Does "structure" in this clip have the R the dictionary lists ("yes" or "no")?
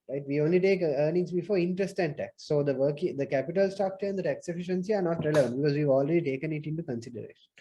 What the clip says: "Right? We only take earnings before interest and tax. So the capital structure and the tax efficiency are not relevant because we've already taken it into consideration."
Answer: no